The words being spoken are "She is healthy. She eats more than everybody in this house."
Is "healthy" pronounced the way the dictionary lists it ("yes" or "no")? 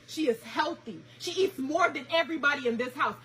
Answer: yes